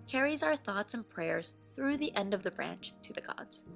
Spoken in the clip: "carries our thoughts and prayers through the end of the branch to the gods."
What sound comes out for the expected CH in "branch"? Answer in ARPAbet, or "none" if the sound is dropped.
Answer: CH